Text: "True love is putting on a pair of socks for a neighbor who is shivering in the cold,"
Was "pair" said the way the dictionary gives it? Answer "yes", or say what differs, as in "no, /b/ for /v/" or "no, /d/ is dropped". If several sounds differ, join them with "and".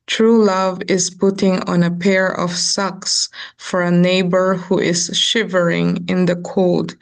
yes